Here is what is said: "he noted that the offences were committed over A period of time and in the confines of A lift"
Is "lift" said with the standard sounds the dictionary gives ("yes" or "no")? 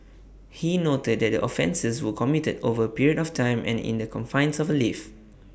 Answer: no